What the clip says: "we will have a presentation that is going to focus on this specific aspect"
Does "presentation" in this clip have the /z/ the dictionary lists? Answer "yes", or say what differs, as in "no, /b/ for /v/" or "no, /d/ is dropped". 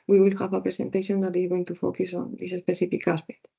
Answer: no, /s/ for /z/